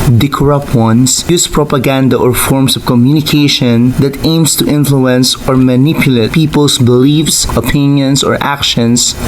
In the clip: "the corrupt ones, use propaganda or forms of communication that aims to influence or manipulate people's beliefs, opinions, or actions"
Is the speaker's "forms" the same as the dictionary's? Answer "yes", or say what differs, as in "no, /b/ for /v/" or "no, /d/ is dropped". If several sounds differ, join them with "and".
no, /s/ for /z/